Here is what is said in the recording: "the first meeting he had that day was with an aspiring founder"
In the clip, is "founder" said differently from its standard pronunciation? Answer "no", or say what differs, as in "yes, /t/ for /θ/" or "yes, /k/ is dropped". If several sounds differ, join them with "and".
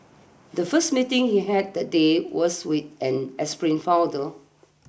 yes, /n/ is dropped